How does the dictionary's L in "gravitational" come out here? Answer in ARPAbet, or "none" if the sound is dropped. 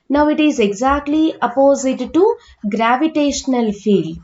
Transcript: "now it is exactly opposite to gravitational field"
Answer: L